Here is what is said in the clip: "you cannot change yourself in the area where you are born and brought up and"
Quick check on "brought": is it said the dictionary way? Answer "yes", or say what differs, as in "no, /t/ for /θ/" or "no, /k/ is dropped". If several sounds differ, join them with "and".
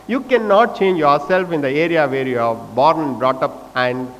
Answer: yes